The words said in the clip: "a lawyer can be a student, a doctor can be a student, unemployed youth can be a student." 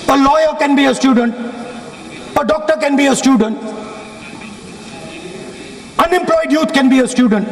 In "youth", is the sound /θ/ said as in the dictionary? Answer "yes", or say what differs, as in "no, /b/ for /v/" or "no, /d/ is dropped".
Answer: no, /t/ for /θ/